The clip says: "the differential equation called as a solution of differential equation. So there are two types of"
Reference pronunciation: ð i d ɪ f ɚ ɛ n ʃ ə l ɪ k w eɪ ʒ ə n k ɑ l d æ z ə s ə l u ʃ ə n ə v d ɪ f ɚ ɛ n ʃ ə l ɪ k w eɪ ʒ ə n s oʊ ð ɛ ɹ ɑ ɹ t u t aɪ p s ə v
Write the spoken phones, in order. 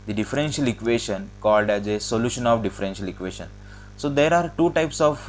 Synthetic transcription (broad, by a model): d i d ɪ f ɚ ɛ n ʃ ə l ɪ k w eɪ ʃ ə n k ɑ l d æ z ə s ə l u ʃ ə n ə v d ɪ f ɚ ɛ n ʃ ə l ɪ k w eɪ ʃ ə n s oʊ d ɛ ɹ ɑ ɹ t u t aɪ p s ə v